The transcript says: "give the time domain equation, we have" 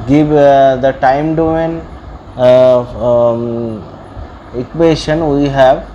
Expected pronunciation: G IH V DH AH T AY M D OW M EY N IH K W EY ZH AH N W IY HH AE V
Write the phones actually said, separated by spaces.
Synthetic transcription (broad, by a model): G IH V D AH T AY M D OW EY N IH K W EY SH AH N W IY HH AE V